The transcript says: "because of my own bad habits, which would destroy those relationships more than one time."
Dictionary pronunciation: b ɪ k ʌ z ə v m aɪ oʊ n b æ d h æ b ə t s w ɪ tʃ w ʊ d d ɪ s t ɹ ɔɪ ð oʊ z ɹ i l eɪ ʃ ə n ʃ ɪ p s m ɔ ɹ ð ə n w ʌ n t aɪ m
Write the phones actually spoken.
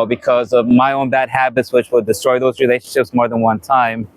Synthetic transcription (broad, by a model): b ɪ k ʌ z ə v m aɪ oʊ n b æ d h æ b ə t s w ɪ tʃ w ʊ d d ɪ s t ɹ ɔɪ ð oʊ z ɹ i l eɪ ʃ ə n ʃ ɪ p s m ɔ ɹ ð ə n w ʌ n t aɪ m